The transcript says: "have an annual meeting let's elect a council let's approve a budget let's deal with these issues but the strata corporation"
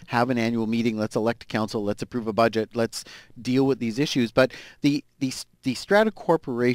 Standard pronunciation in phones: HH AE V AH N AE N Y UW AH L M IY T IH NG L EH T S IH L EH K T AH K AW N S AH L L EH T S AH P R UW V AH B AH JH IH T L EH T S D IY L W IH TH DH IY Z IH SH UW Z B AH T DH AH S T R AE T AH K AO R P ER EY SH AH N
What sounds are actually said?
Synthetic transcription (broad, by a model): HH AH V AH N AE N Y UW L M IY T IH NG L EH T S IH L EH K T AH K AW N S L L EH T S AH P R UW V AH B AH JH IH T L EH T S D IY L W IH DH IY Z IH SH UW Z B AH T DH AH S T R AE T AH K AO R P ER EY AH